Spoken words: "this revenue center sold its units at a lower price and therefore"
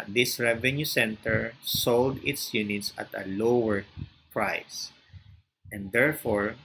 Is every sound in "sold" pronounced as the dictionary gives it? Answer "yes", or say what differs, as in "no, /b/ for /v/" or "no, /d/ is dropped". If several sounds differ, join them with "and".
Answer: yes